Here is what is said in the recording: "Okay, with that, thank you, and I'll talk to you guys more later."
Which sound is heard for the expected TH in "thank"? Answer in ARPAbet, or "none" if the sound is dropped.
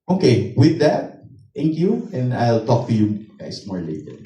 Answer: T